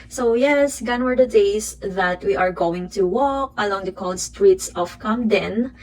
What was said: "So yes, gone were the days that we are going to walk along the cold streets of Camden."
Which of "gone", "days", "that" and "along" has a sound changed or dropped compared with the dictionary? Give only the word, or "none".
days